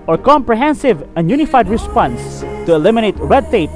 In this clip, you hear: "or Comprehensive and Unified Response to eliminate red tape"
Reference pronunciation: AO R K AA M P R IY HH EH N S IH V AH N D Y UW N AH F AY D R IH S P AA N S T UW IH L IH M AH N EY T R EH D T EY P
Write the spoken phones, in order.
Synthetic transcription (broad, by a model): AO R K AA M P R IY HH EH N S IH V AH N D Y UW N AH F AY D R IH S P AA N S T UW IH L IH M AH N EY T R EH D T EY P